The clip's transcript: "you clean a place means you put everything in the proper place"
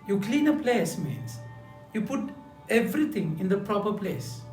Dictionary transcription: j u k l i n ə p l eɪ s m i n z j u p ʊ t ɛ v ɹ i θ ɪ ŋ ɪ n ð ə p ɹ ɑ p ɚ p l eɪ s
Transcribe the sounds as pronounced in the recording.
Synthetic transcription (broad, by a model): j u k l i n ə p l eɪ s m i n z j u p ʊ t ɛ v ɹ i t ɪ ŋ ɪ n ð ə p ɹ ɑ p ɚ p l eɪ s